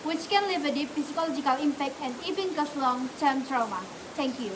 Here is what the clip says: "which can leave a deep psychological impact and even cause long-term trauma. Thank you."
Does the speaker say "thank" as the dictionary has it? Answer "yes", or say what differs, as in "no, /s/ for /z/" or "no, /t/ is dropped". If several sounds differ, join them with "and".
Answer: no, /t/ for /θ/